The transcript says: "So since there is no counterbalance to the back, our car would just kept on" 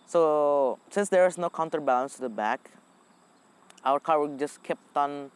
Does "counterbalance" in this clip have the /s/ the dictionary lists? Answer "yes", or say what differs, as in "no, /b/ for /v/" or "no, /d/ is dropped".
yes